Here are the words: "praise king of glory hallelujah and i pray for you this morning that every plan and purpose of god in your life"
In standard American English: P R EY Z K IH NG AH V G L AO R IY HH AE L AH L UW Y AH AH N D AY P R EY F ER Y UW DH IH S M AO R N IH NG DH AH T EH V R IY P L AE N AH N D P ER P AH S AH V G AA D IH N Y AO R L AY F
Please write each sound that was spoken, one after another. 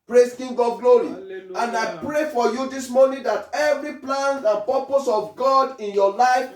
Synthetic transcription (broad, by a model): P R EY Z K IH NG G AO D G L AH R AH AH N AY P R EY F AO Y UW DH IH S M AO N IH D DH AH T EH V R IY P L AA N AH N P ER P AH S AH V G AA D IH N Y AO L AY F